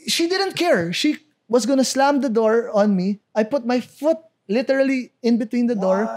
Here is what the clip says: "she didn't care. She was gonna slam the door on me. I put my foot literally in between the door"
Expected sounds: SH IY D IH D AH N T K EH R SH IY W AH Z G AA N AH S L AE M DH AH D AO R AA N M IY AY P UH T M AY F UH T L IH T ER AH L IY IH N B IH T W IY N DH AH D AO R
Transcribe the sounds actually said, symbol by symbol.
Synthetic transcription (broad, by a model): SH IY D IH D AH N T K EH R SH IY W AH S G AA N AH S L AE M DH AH D AO R AA N M IY AY P UH T M AY F UH T L IH T ER AH L IY IH N B IH T W IY N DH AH D AO R